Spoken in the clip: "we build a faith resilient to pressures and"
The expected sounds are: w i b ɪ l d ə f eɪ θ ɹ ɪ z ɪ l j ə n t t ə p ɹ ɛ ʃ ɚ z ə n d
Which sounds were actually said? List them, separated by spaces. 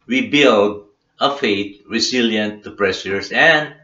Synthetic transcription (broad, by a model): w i b ɪ l d ə f eɪ t ɹ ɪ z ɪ l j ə n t t ə p ɹ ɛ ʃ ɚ s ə n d